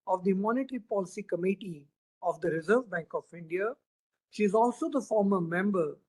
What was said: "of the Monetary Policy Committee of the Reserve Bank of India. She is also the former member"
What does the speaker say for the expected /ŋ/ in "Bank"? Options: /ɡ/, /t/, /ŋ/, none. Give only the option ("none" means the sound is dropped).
/ŋ/